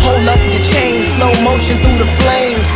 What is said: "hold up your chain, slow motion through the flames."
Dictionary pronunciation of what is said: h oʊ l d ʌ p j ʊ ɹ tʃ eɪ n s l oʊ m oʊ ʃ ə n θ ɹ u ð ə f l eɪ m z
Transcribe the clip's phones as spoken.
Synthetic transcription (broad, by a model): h oʊ l d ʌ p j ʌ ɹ tʃ eɪ n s n oʊ m oʊ ʃ ə n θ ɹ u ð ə f l eɪ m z